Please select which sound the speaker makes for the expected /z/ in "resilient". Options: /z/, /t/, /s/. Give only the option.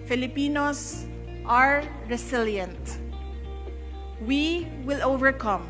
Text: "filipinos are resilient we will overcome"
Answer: /s/